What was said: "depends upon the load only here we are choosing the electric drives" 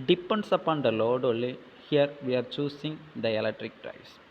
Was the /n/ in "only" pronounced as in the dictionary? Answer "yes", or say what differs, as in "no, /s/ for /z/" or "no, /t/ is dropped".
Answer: no, /n/ is dropped